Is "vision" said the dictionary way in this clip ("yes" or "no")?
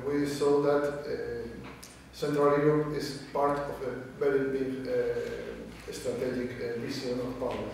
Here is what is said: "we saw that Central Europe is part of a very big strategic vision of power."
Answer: no